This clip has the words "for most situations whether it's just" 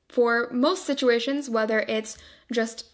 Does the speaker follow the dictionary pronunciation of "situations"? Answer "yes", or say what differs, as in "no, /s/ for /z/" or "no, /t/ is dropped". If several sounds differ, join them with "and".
yes